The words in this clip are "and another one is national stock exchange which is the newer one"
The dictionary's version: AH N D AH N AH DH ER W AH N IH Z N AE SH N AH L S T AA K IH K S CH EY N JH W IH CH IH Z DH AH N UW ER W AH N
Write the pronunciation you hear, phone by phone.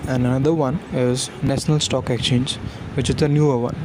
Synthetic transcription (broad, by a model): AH N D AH N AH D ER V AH N IH Z N AE SH N AH L S T AA K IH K CH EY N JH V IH CH IH Z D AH N UW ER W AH N